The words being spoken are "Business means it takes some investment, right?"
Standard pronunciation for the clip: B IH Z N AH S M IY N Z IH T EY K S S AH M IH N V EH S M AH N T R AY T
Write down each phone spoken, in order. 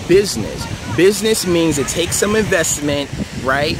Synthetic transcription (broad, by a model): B IH Z N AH S M IY N Z IH T EY K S S AH M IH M V EH S M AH N T R AY T